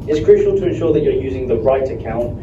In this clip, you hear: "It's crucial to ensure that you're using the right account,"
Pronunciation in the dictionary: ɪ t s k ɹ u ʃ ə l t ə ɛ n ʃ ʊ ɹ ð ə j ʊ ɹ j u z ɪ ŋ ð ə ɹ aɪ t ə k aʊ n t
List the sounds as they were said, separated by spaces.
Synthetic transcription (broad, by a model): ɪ t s k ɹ u ʃ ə l t ə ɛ n ʃ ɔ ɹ ð ə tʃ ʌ ɹ j u z ɪ ŋ ð ə ɹ aɪ t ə k aʊ n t